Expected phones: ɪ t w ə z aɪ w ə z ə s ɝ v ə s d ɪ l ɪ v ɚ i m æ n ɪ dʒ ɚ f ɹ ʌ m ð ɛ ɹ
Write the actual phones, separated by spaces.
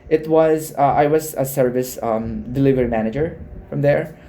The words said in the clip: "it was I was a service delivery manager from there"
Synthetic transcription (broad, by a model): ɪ t w ə z aɪ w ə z ə s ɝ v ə s d ɪ l ɪ v ɚ i m æ n ɪ dʒ ɚ f ɹ ʌ m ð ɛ ɹ